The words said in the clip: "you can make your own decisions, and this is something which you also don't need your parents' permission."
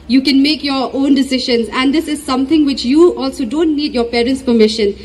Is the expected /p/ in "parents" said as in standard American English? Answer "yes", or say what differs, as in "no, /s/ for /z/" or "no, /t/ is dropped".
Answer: yes